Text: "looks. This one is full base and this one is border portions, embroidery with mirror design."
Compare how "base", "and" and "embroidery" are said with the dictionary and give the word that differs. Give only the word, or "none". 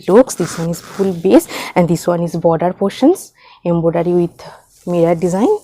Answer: embroidery